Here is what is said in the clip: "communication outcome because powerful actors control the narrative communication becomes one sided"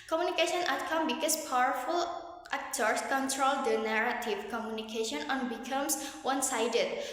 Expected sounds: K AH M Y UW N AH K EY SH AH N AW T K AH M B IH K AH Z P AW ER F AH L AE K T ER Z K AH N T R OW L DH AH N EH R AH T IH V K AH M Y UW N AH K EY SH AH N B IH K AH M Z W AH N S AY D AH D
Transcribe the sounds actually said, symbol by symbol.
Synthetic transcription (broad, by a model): K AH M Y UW N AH K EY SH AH N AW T K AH M B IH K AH S P AW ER F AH L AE K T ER S K AH N T R OW L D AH N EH R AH T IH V K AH M Y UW N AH K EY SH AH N B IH K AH M S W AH N S AY D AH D